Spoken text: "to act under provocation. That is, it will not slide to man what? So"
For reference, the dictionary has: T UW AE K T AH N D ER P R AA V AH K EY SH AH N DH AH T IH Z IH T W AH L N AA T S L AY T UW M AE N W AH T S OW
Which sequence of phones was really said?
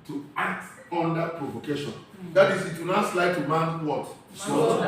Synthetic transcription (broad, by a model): T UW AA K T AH N D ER P R AA V AH K EY SH AH N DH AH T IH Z IH T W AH N AA T S L AY T UW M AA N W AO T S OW